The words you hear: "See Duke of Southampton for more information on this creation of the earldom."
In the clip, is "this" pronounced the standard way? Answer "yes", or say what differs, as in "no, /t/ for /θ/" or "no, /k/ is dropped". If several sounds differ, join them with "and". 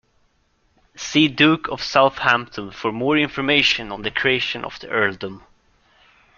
no, /s/ is dropped